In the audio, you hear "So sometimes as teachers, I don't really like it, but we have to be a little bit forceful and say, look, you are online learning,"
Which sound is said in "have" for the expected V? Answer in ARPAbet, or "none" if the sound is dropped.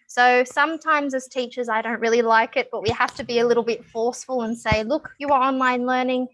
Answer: F